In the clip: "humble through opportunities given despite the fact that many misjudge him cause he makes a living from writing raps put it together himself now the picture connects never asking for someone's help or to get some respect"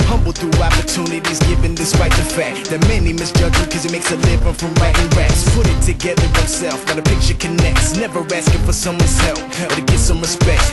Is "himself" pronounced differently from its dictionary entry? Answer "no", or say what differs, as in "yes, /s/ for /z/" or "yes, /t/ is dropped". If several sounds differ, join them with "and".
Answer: yes, /m/ is dropped